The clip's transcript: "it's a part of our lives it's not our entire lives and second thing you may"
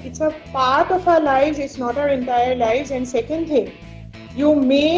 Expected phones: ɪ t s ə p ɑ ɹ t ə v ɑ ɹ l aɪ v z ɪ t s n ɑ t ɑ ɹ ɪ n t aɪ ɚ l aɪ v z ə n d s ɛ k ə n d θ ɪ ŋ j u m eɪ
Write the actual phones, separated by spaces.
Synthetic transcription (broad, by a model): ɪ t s ə p ɑ ɹ t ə f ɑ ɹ l aɪ v z ɪ t s n ɑ t ɑ ɹ ɪ n t aɪ ɚ l aɪ v z ə n d s ɛ k ə n d t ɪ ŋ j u m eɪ